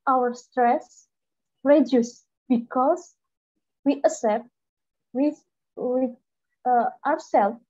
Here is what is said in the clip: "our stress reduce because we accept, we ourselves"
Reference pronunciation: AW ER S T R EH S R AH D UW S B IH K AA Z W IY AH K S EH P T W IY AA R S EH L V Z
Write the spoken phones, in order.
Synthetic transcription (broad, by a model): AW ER S T R EH S R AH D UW S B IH K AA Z W IY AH S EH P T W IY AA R S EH L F